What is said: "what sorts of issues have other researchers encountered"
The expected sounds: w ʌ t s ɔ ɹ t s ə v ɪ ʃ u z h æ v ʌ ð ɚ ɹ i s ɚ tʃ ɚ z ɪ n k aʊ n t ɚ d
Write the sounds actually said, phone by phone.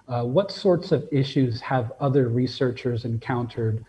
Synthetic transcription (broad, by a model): w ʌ t s ɔ ɹ t s ə v ɪ ʃ u z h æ v ʌ ð ɚ ɹ i s ɚ tʃ ɚ z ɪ n k aʊ n t ɚ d